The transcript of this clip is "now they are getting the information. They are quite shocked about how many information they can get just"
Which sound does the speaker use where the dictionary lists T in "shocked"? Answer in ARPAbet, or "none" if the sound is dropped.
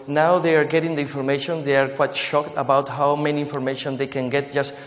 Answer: T